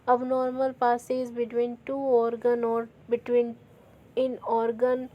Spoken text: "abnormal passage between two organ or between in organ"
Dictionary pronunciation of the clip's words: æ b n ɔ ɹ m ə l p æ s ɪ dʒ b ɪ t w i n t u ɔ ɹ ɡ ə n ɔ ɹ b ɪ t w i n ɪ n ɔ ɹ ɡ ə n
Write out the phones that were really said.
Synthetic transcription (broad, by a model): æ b n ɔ ɹ m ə l p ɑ s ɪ z b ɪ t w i n t u ɔ ɹ ɡ ə n ɔ ɹ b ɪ t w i n ɪ n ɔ ɹ ɡ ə n